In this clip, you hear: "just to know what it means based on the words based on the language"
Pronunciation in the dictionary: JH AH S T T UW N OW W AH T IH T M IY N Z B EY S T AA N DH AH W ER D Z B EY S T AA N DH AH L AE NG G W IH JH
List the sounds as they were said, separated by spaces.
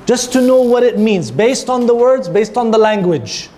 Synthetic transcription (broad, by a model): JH AH S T T UW N OW W AH T IH T M IY N Z B EY S T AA N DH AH W ER D Z B EY S T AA N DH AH L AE NG G W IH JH